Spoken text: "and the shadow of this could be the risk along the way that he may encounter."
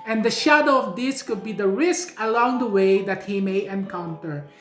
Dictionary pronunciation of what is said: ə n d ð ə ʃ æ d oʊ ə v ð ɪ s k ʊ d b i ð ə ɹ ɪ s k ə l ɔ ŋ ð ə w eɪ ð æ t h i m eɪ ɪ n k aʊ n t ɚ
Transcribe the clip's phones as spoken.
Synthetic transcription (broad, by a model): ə n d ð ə ʃ æ d oʊ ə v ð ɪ s k ʊ d b i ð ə ɹ ɪ s k ə l ɔ ŋ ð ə w eɪ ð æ t h i m eɪ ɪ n k aʊ n t ɚ